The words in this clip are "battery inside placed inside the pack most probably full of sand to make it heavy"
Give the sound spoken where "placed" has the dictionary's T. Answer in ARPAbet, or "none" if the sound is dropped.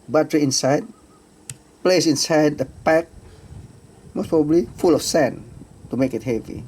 none